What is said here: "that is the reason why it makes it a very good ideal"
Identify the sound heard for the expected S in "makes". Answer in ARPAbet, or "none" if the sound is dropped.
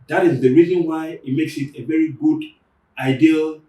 S